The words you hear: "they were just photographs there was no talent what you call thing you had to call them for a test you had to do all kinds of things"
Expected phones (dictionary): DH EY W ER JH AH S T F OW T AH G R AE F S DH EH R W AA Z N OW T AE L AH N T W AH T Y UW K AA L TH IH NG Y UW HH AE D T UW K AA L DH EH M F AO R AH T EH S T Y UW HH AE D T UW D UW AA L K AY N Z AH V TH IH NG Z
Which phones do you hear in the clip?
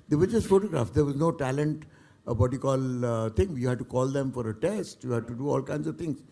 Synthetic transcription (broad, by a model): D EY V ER JH AH S T F OW T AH G R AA F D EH R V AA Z N OW T AE L AH N T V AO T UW K AA L T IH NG Y UW HH AE D T UW K AA L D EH M F AO R AH T EH S T Y UW HH AE D T UW D UW AA L K AY N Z AH V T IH NG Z